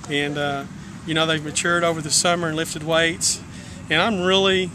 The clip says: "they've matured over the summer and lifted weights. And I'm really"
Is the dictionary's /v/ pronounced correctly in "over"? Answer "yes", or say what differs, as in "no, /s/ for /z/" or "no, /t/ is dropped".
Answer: yes